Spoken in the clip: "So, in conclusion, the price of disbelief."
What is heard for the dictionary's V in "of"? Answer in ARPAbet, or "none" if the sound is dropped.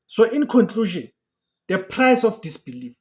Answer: F